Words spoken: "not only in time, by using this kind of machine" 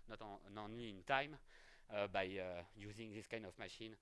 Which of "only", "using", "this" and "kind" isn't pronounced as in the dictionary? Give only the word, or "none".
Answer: only